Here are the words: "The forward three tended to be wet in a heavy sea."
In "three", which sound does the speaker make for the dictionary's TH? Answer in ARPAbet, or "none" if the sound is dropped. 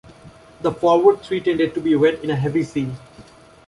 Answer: T